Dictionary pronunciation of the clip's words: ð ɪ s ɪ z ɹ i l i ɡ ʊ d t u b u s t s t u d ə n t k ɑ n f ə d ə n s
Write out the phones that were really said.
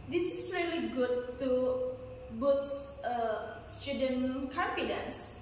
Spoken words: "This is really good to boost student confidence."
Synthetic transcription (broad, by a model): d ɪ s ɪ s ɹ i l i ɡ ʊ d t u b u t s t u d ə n k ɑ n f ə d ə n s